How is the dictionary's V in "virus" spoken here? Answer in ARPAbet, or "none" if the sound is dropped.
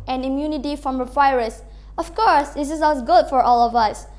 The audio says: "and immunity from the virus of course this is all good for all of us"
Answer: W